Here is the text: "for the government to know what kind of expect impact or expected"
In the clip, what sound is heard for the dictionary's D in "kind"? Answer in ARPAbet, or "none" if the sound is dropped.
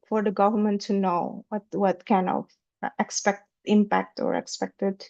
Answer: none